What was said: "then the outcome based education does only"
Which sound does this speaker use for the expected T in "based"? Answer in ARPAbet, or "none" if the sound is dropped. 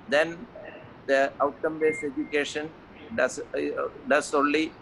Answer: none